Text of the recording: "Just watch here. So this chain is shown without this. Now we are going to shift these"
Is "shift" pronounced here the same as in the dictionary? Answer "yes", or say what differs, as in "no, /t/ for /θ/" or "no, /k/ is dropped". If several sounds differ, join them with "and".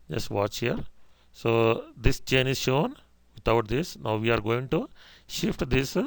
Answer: yes